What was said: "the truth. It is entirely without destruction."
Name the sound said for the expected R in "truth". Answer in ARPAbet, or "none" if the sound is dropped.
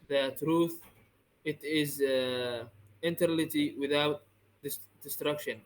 R